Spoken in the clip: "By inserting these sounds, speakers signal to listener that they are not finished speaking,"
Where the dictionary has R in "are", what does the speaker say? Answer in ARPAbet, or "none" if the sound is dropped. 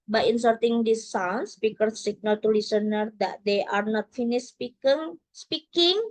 R